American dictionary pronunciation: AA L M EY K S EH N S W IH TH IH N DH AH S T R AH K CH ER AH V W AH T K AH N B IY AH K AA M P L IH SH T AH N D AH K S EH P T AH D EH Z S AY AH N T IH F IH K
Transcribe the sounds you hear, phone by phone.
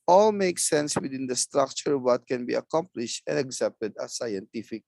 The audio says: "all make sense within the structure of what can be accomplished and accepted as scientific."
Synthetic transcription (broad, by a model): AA L M EY K S EH N S W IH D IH N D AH S T R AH K CH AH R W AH T K AH N B IY AH K AA M P L IH SH T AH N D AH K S EH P T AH D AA S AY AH N T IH F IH K